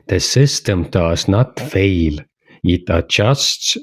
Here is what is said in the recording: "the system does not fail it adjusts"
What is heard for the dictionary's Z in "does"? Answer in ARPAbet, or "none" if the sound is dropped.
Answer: S